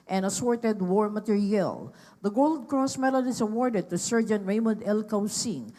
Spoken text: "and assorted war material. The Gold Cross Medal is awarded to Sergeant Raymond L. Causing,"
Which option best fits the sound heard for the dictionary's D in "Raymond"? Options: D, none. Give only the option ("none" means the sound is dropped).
D